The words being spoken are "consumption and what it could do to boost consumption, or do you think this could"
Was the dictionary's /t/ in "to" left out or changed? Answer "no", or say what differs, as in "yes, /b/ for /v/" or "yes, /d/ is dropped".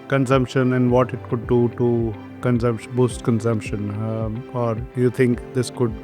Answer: yes, /s/ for /t/